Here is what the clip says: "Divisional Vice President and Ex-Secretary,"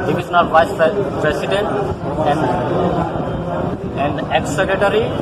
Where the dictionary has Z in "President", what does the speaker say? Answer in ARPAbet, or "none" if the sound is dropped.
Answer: S